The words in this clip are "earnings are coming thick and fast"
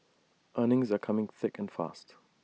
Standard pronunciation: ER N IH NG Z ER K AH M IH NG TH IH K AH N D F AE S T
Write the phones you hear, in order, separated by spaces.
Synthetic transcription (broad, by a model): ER N IH NG Z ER K AH M IH NG TH IH K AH N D F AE S T